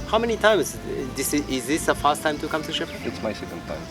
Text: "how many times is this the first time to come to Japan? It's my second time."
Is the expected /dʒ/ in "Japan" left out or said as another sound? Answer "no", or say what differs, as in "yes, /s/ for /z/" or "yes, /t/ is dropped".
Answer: yes, /ʃ/ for /dʒ/